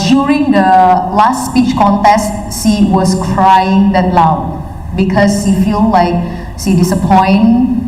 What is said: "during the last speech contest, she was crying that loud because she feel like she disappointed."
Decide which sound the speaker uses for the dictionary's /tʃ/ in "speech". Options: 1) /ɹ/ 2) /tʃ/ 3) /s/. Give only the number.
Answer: 2